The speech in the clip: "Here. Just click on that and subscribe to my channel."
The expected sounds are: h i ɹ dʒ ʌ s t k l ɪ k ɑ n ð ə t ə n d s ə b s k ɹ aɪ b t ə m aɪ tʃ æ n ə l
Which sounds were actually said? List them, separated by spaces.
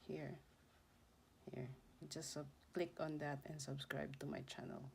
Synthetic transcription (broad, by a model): h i ɹ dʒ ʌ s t k l ɪ k ɑ n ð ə t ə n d s ə b s k ɹ aɪ b t ə m aɪ tʃ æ n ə l